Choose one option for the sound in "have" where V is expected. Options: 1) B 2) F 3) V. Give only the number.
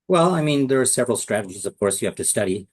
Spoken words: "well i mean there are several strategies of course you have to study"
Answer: 2